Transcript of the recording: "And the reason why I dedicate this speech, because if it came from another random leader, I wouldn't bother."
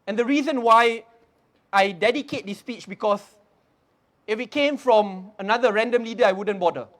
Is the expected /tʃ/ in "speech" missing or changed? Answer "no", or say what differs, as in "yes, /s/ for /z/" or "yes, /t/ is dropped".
no